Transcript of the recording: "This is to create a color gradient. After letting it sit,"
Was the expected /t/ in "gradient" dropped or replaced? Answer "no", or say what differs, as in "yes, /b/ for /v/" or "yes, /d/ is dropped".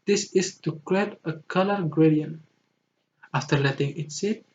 yes, /t/ is dropped